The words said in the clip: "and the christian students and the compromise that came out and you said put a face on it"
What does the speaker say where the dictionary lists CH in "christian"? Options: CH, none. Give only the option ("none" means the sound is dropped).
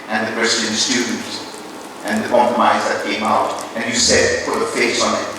none